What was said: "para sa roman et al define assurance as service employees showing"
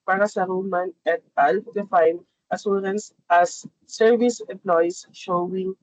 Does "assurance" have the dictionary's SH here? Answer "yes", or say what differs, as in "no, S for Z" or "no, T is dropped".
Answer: no, S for SH